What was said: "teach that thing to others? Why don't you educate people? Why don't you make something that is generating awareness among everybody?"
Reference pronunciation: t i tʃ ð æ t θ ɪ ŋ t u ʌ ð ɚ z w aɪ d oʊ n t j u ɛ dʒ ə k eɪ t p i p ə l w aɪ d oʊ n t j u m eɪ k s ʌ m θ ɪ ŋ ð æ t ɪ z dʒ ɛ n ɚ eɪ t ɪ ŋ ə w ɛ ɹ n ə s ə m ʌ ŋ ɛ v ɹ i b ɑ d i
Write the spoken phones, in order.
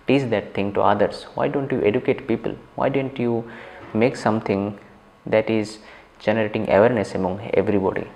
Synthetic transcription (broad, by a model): t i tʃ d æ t t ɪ ŋ t u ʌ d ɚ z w aɪ d oʊ n t j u ɛ dʒ ə k eɪ t p i p ə l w aɪ d oʊ n t j u m eɪ k s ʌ m t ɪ ŋ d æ t ɪ z dʒ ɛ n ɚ eɪ t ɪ ŋ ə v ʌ ɹ n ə s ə m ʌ ŋ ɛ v ɹ i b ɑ d i